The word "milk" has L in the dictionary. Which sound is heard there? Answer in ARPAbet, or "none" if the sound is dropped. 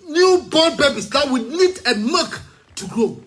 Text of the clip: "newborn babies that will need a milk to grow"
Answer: none